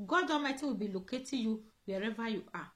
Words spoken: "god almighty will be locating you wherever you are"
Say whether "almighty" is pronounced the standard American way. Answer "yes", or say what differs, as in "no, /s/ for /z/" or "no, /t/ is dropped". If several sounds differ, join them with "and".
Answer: no, /l/ is dropped